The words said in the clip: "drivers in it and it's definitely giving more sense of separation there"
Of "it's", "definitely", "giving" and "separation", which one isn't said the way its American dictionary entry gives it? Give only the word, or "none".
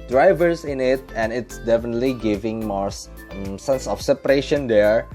none